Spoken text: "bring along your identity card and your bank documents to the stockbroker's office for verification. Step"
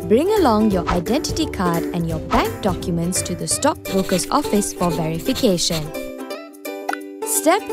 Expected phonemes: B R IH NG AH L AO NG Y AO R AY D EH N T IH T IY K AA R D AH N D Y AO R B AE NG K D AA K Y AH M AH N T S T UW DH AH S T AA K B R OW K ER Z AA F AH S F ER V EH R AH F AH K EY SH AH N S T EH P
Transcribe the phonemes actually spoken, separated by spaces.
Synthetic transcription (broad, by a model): B R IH NG AH L AO NG Y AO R AY D EH N T IH T IY K AA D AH N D Y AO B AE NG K D AA K Y AH M AH N T S T UW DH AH S T AA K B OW K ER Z AA F AH S F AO V EH R AH F AH K EY SH AH N S T EH P